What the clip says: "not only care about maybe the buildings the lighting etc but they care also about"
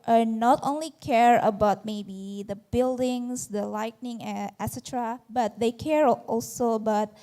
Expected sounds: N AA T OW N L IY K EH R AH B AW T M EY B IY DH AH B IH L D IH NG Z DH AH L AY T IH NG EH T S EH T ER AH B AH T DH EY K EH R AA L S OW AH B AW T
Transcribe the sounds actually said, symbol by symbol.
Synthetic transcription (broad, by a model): N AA T OW N L IY K EH R AH B AW T M EY B IY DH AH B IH L D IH NG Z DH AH L AY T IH NG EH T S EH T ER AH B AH T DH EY K EH R AA L S OW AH B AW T